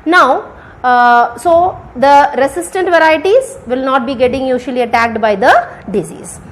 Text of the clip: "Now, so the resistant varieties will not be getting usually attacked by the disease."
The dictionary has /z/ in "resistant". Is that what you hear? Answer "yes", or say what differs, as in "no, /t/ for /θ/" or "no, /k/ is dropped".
no, /s/ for /z/